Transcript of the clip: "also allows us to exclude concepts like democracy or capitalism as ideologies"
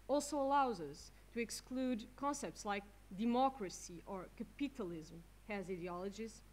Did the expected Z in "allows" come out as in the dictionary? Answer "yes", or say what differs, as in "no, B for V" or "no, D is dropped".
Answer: yes